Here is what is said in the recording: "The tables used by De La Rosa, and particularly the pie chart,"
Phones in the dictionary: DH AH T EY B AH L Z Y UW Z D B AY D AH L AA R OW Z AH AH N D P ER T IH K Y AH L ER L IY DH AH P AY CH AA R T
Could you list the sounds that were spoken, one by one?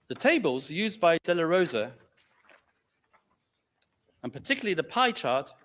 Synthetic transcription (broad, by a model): DH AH T EY B AH L Z Y UW Z B AY D AH L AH R OW Z AH AH N P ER T IH K Y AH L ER L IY DH AH P AY CH AA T